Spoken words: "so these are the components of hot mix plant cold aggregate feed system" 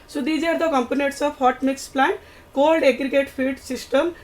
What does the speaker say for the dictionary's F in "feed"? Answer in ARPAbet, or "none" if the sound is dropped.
P